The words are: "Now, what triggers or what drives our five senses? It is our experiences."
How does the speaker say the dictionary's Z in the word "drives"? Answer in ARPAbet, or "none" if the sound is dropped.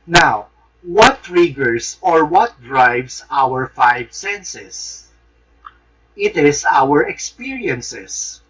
S